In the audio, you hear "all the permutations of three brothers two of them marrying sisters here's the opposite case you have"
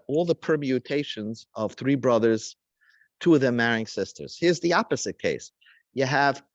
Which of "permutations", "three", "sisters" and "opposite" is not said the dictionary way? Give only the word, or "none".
none